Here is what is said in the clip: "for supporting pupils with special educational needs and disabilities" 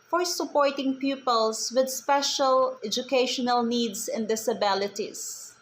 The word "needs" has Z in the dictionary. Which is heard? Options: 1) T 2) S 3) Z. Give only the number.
2